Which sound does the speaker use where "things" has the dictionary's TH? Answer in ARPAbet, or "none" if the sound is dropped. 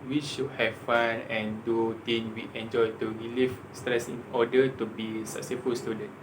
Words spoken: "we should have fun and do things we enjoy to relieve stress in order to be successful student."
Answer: T